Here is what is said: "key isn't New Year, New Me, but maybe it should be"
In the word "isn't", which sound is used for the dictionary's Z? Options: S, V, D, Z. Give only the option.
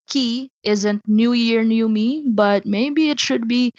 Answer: Z